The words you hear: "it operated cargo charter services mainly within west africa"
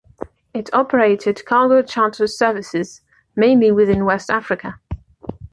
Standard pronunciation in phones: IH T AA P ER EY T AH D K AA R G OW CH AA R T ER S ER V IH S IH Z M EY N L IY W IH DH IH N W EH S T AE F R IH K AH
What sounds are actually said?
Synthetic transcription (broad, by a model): IH T AA P ER EY T AH D K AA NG G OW CH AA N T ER S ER V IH S IH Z M EY N L IY W IH DH IH N W EH S T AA F R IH K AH